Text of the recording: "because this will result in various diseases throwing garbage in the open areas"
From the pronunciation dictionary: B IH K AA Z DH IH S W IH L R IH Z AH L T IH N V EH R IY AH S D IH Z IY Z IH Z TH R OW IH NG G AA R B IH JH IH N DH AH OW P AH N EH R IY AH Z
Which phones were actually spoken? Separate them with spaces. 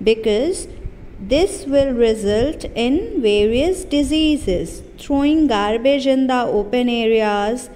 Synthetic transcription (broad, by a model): B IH K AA Z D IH S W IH L R IH Z AH L T IH N V EH R IY AH S D IH Z IY Z IH Z T R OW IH NG G AA R B IH JH IH N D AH OW P AH N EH R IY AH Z